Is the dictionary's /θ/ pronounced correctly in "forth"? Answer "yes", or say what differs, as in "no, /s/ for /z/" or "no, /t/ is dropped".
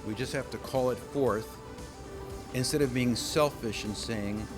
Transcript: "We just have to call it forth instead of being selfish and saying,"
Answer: yes